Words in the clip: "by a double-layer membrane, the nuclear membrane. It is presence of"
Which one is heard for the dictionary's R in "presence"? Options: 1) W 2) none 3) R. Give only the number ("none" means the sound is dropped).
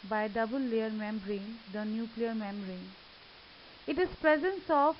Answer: 3